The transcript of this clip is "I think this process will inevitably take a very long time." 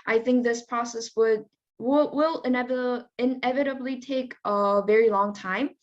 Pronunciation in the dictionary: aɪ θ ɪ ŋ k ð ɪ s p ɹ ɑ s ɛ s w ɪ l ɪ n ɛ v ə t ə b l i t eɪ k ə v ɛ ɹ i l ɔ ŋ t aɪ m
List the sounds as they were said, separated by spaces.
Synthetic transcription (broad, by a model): aɪ θ ɪ ŋ k ð ɪ s p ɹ ɑ s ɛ s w ɪ l ɪ n ɛ v ə t ə b l i t eɪ k ə v ɛ ɹ i l ɔ ŋ t aɪ m